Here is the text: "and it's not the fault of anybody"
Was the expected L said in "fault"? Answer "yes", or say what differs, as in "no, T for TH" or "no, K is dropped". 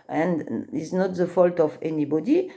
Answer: yes